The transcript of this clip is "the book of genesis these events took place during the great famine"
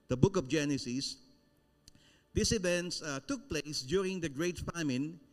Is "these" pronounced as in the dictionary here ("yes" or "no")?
no